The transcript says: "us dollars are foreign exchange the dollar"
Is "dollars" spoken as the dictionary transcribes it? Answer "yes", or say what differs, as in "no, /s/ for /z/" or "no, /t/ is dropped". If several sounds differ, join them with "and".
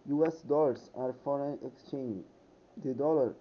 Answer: no, /s/ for /z/